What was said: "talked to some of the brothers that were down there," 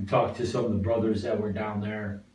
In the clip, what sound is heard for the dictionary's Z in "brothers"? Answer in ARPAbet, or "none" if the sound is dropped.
Z